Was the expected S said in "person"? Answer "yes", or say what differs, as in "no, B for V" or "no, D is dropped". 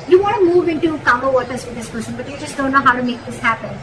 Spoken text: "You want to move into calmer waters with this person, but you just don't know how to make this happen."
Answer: no, SH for S